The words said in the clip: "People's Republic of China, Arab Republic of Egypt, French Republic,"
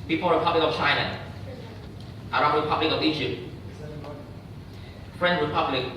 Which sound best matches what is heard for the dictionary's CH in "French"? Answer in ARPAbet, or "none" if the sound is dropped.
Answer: S